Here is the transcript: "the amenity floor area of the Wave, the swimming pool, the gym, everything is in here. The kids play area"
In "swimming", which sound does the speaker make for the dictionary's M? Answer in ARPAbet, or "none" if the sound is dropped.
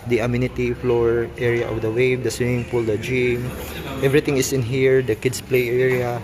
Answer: none